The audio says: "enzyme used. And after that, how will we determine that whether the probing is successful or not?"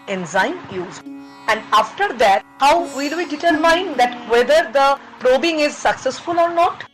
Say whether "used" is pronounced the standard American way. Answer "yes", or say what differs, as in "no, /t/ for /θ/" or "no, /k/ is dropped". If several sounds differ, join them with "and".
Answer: no, /d/ is dropped